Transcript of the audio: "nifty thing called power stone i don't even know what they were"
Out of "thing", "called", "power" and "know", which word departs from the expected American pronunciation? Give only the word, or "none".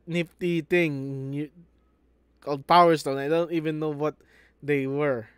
thing